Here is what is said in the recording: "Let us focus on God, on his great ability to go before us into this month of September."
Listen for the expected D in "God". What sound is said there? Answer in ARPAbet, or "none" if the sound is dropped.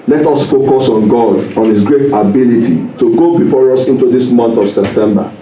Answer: D